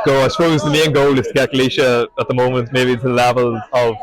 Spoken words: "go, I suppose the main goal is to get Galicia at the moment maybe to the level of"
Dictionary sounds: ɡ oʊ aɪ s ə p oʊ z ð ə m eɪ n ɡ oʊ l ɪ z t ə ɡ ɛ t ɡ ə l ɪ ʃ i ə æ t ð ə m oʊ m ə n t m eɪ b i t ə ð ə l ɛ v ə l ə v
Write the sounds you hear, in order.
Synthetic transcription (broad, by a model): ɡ oʊ aɪ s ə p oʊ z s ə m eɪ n ɡ oʊ l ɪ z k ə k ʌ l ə ɪ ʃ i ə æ t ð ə m oʊ m ə n t m eɪ i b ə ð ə l ɛ v ə l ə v